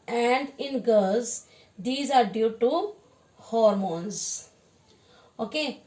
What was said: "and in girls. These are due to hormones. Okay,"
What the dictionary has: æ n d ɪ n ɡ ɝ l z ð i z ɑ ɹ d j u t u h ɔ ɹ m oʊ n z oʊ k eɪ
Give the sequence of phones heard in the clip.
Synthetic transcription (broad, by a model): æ n d ɪ n ɡ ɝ z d i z ɑ ɹ d j u t u h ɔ ɹ m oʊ n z oʊ k eɪ